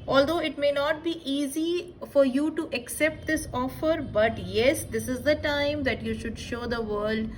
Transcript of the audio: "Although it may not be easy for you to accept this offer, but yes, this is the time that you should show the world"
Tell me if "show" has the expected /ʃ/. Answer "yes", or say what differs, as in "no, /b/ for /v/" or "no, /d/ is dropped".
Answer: yes